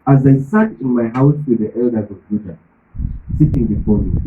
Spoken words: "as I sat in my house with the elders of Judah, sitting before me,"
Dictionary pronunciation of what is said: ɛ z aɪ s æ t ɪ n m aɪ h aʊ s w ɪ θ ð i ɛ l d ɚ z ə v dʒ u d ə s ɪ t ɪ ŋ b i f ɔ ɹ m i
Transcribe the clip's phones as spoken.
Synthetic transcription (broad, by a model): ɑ z aɪ s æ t ɪ n m aɪ h aʊ s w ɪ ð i ɛ l d ɚ z ə v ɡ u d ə s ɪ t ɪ ŋ b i f ɔ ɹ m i